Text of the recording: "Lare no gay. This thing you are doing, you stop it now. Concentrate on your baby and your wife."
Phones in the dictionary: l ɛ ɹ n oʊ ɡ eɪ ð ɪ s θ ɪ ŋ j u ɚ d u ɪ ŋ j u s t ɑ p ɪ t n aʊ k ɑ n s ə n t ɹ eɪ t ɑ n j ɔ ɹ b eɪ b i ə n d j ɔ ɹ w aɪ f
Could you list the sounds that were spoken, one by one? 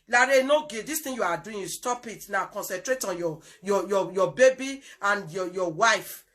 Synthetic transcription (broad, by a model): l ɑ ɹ n oʊ ɡ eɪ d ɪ s t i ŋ j u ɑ d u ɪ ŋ j u s t ɑ p ɪ t n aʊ k ɑ n s ə n t ɹ eɪ t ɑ n j ɔ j b eɪ b i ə n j j ɔ w aɪ f